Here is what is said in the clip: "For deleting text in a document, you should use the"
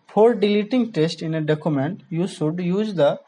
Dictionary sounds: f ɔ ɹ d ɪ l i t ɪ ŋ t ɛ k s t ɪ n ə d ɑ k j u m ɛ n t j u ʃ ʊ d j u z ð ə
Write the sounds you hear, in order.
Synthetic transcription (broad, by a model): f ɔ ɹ d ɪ l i t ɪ ŋ t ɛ s t ɪ n ə d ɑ k j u m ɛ n t j u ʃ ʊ d j u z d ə